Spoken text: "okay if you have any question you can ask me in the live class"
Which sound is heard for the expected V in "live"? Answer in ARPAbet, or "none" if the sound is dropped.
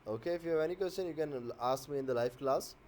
F